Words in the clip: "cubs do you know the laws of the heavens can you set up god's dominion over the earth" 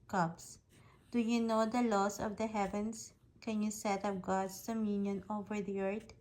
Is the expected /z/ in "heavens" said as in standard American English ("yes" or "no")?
no